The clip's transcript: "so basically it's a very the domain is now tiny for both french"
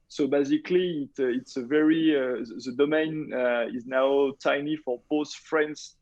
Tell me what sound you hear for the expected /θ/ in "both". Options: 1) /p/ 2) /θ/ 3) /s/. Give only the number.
3